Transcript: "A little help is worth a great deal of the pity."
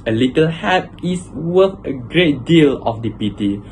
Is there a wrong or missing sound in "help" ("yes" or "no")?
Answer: yes